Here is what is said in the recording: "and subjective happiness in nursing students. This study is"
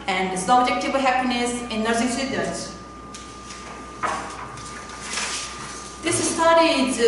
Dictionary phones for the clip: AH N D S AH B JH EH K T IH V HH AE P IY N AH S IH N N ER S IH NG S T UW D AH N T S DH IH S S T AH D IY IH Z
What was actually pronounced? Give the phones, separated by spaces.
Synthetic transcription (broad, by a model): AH N D S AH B JH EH K T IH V HH AE P IY N AH S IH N N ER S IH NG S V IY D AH T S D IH S S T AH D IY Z